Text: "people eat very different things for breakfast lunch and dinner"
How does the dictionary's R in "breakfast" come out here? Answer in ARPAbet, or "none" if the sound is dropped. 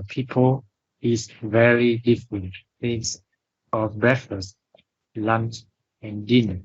none